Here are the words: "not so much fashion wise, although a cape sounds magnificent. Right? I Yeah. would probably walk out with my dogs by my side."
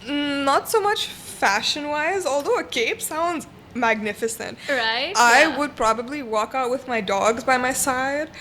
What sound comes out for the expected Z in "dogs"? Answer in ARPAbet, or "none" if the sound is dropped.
Z